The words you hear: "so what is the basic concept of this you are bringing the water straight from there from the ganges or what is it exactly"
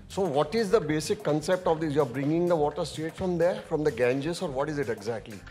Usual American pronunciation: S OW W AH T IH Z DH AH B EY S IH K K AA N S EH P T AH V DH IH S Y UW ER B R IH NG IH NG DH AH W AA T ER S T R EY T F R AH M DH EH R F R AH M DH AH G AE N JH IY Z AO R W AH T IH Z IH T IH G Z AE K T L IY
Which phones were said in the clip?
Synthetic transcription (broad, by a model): S OW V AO T IH Z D AH B EY S IH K K AA N S EH P T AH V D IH Y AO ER B R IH NG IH NG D AH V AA T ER S T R EY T F R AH M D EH R F R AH M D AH G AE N JH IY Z AO R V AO T IH Z IH T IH G Z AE K T L IY